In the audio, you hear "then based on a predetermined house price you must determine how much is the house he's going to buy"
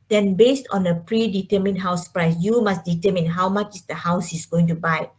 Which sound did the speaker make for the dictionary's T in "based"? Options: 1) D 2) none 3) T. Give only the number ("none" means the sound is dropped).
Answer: 3